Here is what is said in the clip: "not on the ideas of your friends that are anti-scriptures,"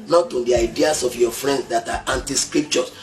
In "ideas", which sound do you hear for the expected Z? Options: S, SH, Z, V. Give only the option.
S